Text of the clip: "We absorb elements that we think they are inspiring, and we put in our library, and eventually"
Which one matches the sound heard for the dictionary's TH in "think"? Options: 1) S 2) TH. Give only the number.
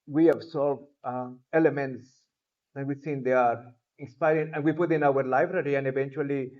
1